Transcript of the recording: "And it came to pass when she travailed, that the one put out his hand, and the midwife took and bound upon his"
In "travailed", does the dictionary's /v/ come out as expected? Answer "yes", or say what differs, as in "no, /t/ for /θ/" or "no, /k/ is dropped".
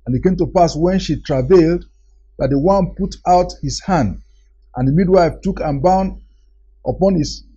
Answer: yes